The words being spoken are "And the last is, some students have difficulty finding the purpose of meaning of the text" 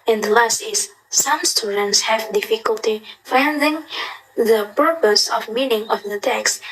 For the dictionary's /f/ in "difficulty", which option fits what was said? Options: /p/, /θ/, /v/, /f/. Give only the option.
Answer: /f/